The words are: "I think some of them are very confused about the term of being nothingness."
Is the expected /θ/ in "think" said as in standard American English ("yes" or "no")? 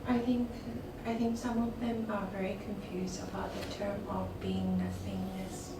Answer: yes